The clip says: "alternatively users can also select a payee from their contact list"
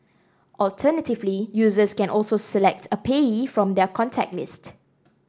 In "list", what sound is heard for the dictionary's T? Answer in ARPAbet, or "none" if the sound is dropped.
T